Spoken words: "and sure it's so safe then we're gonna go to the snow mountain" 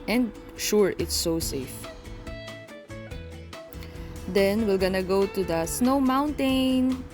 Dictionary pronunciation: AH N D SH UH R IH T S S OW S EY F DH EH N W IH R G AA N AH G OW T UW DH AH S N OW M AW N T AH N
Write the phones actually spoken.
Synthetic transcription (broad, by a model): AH N D SH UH R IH T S S OW S EY F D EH N W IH L G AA N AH G OW T UW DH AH S N OW M AW N T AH N